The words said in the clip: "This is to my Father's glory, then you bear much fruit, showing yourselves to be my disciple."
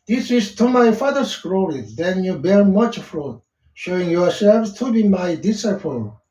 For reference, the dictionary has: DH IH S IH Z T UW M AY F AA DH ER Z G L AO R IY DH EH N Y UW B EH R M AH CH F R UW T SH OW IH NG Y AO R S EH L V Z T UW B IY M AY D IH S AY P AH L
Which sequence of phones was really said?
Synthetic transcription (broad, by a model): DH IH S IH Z T UW M AY F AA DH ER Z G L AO W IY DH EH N Y UW B EH R M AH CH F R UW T SH OW IH NG Y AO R S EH L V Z T UW B IY M AY D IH S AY P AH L